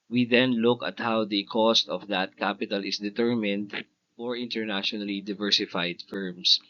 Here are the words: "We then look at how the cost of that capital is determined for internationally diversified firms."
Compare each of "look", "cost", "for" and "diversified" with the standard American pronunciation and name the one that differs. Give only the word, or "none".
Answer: none